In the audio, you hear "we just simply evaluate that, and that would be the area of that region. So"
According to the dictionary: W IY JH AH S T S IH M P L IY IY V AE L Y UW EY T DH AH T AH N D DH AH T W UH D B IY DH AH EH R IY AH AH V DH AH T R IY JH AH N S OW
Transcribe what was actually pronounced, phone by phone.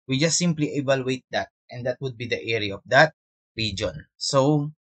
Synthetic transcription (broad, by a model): W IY JH AH S T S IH M P L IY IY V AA L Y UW EY T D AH T AH N D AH T W UH D B IY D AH EH R IY AH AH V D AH T R IY JH AH N S OW